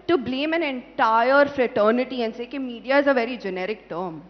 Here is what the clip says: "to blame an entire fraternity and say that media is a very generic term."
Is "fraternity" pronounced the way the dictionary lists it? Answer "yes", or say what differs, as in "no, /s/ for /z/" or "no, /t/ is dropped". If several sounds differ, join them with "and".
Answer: yes